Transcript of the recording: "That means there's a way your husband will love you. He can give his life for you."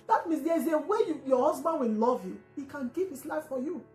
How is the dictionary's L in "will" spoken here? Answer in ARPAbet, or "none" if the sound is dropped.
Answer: N